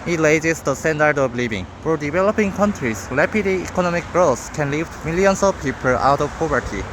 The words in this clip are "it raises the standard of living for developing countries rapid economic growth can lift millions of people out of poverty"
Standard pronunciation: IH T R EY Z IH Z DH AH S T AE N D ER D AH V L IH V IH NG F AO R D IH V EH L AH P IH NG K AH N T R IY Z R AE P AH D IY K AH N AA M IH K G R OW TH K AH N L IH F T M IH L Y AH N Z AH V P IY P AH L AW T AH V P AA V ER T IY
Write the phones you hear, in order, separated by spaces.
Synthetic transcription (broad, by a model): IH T L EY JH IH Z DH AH S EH N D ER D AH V L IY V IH NG F AO R D IH V EH L AH P IH NG K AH N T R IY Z L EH P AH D IY K AH N AA M IH K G R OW S K AH N L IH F M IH L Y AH N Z AH V P IY P AH L AW T AH V P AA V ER T IY